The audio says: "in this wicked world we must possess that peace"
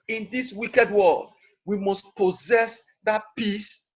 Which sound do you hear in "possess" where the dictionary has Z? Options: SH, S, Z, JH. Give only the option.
Z